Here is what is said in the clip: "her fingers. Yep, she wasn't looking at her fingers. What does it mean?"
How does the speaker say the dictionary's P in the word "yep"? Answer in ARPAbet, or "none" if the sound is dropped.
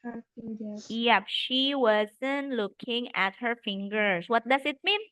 P